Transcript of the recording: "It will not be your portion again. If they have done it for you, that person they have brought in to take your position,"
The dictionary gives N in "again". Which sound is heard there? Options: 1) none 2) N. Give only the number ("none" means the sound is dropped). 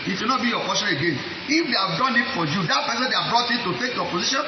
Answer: 2